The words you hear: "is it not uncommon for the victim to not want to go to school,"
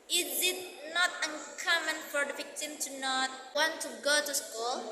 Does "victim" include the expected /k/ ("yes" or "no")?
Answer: yes